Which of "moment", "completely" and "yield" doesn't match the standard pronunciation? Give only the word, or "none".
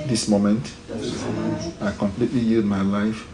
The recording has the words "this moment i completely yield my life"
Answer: yield